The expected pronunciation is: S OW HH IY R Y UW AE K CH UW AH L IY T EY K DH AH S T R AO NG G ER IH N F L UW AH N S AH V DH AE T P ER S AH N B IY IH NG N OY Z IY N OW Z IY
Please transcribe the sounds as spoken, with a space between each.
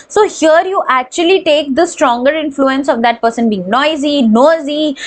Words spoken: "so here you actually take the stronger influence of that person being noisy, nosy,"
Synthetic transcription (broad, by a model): S OW HH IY R Y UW AE K CH UW AH L IY T EY K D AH S T R AO NG G ER IH N F L UW AH N S AH V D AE T P ER S AH N B IY IH NG N OY Z IY N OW Z IY